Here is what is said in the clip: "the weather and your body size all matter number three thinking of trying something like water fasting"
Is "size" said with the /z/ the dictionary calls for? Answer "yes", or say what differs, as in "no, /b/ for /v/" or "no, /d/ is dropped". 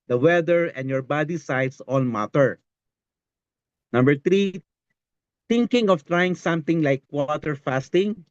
no, /s/ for /z/